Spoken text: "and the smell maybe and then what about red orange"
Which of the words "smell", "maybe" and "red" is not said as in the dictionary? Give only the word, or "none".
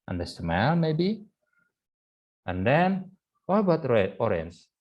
red